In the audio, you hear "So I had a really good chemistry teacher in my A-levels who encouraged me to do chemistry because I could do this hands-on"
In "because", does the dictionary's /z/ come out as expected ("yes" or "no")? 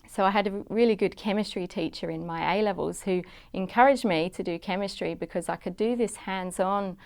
yes